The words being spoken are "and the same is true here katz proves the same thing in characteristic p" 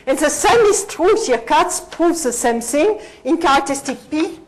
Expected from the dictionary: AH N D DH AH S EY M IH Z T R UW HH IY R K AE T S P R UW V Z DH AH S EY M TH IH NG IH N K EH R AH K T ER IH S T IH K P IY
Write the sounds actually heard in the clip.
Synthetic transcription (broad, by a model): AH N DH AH S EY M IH S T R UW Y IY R K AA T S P UW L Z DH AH S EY M TH IH NG IH N K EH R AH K T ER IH S T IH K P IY